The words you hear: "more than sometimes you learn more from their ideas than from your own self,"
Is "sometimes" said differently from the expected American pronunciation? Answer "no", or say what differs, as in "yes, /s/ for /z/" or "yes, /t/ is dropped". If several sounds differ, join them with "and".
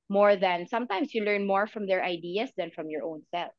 yes, /s/ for /z/